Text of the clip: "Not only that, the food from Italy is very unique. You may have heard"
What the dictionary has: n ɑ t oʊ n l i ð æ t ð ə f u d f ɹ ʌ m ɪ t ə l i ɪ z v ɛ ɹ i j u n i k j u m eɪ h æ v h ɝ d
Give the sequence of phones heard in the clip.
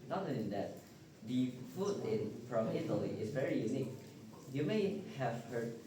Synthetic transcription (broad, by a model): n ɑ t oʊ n i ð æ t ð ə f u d f ɹ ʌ m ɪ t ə l i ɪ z v ɛ ɹ i j u n i k j u m eɪ h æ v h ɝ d